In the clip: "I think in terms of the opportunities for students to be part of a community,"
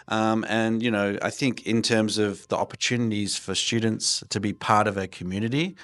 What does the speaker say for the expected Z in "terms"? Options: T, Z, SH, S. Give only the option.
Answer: Z